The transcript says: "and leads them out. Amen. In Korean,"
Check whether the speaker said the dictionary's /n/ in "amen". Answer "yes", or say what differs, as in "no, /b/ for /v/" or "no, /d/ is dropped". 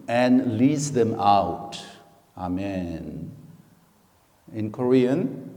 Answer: yes